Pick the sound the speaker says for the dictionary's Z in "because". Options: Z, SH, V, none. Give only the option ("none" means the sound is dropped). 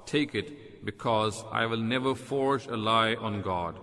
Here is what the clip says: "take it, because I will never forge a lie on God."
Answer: Z